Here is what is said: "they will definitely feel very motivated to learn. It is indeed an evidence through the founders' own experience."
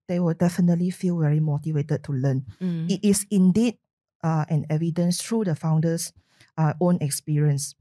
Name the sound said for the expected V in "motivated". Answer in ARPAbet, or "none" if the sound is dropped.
V